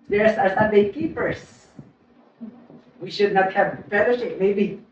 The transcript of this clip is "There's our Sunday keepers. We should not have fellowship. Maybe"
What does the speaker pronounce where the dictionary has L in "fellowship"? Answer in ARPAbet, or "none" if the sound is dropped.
N